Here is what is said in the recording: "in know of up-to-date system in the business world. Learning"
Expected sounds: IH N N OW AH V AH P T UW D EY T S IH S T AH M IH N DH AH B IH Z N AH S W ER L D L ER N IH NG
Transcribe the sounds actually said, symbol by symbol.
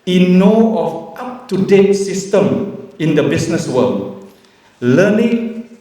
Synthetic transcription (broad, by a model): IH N N OW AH F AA P T UW D EY T S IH S T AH M IH N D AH B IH S N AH S W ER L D L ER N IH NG